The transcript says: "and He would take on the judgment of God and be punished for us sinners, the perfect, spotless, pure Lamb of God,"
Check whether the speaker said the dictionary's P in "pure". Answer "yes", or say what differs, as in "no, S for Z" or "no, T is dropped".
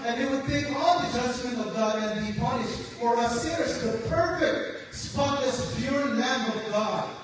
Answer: no, B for P